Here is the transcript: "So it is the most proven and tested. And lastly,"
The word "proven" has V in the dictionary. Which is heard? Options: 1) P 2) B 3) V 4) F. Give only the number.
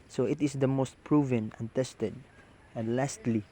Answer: 3